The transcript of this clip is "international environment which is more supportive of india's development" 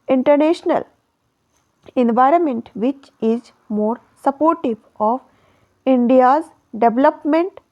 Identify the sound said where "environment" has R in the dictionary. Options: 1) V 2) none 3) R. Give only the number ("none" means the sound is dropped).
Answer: 3